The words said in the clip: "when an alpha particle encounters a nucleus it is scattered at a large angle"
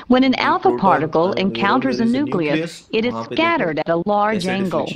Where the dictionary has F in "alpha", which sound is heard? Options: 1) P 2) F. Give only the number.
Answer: 2